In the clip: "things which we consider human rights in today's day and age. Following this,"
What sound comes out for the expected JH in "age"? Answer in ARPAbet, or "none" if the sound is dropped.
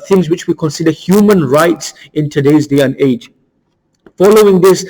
JH